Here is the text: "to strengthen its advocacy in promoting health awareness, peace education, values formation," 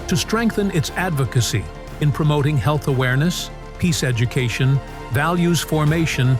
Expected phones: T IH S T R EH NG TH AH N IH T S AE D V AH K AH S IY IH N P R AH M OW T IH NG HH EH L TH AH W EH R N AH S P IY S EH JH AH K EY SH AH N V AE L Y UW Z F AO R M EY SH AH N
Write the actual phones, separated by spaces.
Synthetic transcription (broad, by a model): T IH S T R EH NG TH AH N IH T S AE D V AH K AH S IY IH N P R AH M OW T IH NG HH EH L TH AH W EH R N AH S P IY S EH JH AH K EY SH AH N V AE L Y UW Z F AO R M EY SH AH N